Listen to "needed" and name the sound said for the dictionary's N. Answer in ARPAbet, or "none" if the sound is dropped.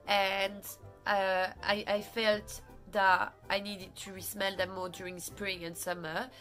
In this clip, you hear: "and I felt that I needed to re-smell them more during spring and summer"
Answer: N